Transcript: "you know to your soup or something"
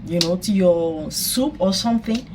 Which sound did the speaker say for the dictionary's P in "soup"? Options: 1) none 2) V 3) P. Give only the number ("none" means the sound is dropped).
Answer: 3